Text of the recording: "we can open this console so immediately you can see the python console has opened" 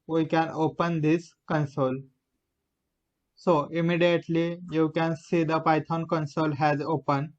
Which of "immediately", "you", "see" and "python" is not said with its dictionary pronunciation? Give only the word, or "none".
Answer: python